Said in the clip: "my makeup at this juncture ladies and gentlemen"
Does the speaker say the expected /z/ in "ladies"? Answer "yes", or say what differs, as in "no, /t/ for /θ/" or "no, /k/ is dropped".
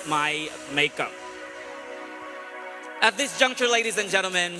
yes